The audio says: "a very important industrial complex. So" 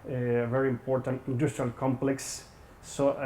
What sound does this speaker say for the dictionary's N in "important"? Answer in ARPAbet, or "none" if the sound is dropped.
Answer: N